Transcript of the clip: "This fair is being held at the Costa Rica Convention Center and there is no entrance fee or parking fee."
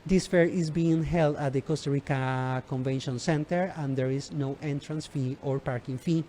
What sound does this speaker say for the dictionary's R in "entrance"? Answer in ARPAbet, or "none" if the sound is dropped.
R